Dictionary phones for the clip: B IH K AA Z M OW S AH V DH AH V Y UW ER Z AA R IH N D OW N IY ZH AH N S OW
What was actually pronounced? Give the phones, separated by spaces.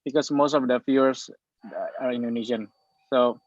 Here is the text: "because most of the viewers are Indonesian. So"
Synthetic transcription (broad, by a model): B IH K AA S M OW S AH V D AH F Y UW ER S AA R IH N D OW N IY SH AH N S OW